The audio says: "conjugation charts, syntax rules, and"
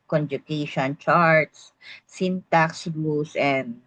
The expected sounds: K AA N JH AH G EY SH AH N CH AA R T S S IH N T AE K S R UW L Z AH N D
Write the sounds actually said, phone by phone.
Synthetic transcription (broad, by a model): K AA N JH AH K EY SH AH N CH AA R T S S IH N T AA K S L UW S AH N D